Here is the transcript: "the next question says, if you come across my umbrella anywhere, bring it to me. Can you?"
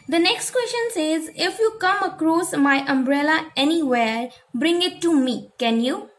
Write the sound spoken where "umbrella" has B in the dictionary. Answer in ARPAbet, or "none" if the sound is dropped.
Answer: B